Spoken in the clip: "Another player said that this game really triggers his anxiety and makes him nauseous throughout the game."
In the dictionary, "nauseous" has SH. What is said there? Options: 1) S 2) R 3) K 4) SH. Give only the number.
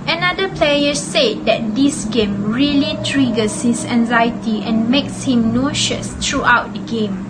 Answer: 4